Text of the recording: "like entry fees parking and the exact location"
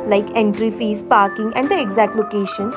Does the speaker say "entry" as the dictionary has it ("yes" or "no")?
yes